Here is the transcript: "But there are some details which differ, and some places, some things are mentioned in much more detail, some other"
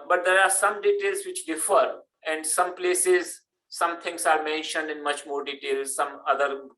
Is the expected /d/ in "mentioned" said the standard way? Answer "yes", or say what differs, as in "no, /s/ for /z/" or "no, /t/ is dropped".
yes